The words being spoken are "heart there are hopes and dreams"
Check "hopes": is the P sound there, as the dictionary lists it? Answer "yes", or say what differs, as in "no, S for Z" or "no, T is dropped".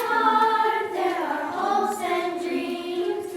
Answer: no, P is dropped